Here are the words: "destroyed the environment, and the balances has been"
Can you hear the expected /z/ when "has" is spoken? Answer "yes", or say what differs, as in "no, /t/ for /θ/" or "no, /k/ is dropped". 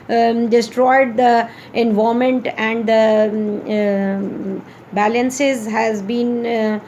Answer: yes